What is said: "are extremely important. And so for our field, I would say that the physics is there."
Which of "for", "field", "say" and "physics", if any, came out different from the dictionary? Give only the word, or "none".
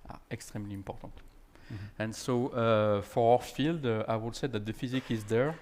physics